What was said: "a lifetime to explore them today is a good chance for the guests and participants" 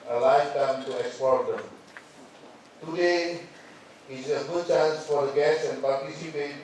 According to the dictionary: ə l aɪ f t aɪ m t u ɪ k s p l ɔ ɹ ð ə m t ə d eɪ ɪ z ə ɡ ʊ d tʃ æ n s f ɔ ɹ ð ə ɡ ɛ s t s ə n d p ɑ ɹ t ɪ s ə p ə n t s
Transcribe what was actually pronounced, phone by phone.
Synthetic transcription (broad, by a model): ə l aɪ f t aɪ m t u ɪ k s p ɔ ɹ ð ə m t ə d eɪ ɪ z ə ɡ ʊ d tʃ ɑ n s f ɔ ɹ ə ɡ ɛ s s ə n p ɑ ɹ t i s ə p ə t